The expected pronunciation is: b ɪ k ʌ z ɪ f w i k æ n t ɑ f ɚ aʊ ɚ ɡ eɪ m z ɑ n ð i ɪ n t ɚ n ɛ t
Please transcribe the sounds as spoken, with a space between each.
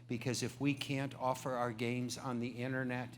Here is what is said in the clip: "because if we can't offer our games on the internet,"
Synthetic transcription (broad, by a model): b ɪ k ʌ z ɪ f w i k æ n t ɑ f ɚ aʊ ɚ ɡ eɪ m z n ð i ɪ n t ɚ n ɛ t